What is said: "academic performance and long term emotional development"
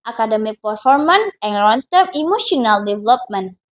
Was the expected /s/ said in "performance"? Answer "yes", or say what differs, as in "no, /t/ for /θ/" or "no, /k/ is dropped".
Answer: no, /s/ is dropped